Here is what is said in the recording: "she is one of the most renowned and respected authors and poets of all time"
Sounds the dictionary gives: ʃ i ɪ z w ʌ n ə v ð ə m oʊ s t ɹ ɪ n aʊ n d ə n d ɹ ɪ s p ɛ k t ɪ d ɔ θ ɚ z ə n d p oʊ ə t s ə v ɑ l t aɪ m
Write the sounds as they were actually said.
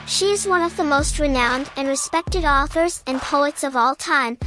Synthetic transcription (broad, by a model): ʃ i ɪ z w ʌ n ə v ð ə m oʊ s t ɹ ɪ n aʊ n d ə n ɹ ɪ s p ɛ k t ɪ d ɔ θ ɚ z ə n p oʊ ə t s ə v ɑ l t aɪ m